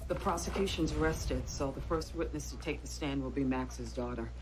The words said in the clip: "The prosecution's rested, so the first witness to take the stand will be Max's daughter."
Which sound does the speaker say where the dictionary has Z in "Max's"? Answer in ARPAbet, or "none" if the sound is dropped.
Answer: Z